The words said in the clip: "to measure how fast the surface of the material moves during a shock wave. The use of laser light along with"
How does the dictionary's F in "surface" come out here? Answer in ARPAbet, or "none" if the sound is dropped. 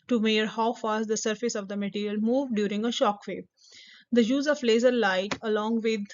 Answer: F